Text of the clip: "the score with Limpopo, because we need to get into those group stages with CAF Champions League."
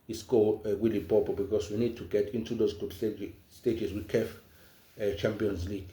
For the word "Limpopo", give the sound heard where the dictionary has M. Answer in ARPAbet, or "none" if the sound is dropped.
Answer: none